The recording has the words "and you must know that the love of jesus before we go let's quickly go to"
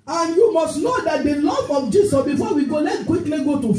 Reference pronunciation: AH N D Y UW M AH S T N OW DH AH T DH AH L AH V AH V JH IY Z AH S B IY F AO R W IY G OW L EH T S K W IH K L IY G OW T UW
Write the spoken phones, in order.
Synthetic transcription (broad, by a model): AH N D Y UW M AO S T N OW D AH T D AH L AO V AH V JH IY S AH S B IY F AO W IY G OW L EH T K W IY K L IY G OW T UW